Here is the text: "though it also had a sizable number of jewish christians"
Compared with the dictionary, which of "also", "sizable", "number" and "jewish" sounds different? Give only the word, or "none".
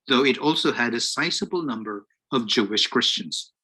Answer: sizable